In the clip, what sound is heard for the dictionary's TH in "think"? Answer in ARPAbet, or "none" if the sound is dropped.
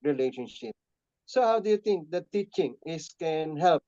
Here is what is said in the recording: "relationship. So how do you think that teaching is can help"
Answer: T